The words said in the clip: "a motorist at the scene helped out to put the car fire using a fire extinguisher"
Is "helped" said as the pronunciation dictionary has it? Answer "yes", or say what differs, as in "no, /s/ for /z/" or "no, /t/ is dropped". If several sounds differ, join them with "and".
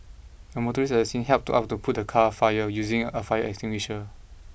yes